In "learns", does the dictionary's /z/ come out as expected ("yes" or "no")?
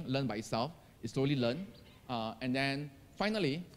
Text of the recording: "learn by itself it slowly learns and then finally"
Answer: no